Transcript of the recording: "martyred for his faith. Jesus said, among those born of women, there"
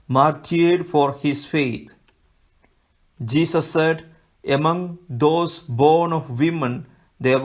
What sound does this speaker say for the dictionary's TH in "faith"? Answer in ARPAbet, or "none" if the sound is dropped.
T